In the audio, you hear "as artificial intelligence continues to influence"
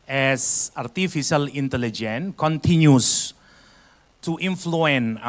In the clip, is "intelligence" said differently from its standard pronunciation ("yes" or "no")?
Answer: yes